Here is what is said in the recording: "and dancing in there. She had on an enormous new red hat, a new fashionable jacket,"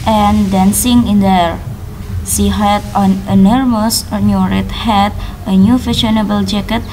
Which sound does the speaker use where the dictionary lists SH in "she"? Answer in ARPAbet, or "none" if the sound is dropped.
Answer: S